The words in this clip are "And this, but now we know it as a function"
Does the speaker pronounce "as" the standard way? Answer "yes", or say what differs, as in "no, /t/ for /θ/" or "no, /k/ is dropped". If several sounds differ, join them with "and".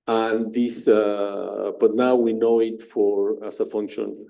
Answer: no, /s/ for /z/